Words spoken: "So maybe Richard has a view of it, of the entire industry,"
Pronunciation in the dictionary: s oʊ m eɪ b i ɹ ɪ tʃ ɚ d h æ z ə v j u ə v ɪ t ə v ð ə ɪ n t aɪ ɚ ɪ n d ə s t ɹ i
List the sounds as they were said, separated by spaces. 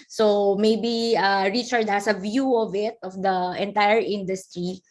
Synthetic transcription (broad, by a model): s oʊ m eɪ b i ɹ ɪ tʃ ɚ d h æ s ə v j u ə v ɪ t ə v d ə ɪ n t aɪ ɚ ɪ n d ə s t ɹ i